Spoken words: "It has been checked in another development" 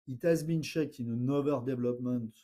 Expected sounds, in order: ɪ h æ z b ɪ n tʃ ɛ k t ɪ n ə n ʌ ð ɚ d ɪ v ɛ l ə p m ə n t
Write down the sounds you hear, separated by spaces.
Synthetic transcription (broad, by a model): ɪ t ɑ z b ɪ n ʃ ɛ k ɪ n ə n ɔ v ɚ d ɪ v l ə p m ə n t